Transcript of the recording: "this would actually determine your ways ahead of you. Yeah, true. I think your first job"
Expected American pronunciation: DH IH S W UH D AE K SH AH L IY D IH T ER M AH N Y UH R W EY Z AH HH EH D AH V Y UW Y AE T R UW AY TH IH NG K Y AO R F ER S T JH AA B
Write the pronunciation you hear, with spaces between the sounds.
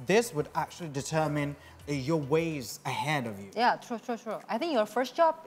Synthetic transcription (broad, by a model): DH IH S W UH D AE K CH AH L IY D IH T ER M AH N Y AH R W EY Z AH HH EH D AH V Y UW Y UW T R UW AY TH IH NG K Y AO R F ER S T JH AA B